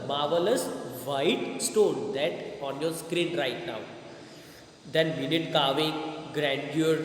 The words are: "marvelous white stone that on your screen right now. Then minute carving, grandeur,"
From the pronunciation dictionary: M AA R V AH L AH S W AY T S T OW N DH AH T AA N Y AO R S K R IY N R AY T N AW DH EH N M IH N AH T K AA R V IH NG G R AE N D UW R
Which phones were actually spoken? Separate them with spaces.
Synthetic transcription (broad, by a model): M AA R V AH L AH S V AY T S T OW N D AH T AA N Y AO R S K R IY N R AY T N AW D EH N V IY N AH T K AA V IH G R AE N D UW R